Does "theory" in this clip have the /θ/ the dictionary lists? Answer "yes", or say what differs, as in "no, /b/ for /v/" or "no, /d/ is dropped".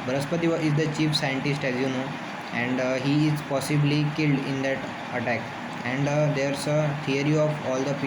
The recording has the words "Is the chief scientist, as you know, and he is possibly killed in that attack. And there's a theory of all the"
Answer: no, /t/ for /θ/